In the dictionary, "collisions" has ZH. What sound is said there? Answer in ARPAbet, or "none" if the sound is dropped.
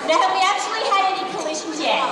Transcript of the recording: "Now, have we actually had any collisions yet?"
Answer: SH